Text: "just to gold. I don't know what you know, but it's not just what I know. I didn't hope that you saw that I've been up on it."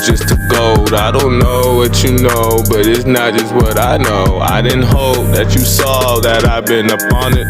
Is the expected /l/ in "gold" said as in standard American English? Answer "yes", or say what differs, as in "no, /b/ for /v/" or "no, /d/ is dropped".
no, /l/ is dropped